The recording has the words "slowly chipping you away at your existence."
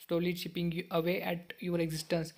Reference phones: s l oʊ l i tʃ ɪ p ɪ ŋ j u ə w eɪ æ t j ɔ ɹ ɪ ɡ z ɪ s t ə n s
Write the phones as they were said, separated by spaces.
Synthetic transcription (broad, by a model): s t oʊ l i ʃ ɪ p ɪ ŋ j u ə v eɪ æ t j ɔ ɹ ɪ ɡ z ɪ s t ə n s